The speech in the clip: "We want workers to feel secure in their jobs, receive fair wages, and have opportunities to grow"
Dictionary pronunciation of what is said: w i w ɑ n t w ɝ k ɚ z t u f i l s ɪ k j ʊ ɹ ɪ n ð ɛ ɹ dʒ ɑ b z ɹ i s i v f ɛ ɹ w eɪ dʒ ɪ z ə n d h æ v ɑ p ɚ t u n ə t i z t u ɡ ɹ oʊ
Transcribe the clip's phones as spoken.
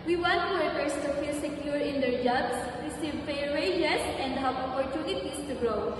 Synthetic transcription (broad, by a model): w i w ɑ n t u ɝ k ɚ s t u f i l s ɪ k j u ɹ ɪ n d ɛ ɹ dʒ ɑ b s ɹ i s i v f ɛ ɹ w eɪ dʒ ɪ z ə n d h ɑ p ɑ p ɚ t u ə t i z t u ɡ ɹ oʊ